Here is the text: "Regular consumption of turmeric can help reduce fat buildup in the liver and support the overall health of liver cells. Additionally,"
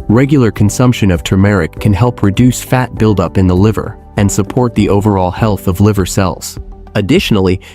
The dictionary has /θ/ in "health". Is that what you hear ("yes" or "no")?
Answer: yes